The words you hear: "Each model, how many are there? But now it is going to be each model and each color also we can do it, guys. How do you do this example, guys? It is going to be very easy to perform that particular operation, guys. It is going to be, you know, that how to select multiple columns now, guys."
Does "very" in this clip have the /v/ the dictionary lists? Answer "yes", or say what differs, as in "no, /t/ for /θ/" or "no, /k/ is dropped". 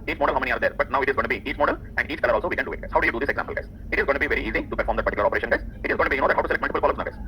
yes